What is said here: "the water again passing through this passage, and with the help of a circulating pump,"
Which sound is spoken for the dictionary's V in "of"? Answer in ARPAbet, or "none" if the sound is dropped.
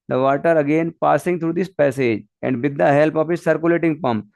P